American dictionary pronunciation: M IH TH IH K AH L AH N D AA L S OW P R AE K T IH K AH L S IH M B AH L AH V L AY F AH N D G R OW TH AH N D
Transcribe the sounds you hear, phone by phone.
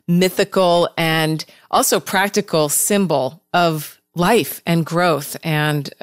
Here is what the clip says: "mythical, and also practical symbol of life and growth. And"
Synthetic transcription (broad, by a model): M IH TH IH K L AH N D AA L S OW P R AE K T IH K L S IH M B L AH V L AY F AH N G R OW TH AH N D